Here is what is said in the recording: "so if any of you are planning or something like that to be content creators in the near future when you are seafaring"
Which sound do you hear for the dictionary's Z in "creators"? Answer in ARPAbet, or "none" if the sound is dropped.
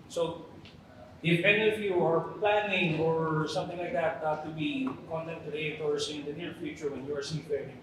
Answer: S